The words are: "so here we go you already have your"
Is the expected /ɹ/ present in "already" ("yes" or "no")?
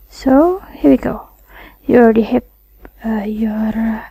no